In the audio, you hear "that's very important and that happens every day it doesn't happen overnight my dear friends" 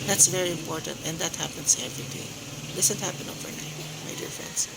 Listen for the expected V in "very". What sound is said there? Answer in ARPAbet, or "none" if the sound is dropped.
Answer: V